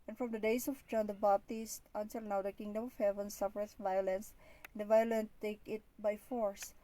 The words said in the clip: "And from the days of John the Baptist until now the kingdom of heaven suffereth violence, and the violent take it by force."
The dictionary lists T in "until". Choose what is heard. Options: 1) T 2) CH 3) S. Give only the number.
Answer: 3